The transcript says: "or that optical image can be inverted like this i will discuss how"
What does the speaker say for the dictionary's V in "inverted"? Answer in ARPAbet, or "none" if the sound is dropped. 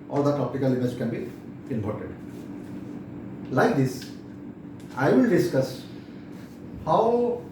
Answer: P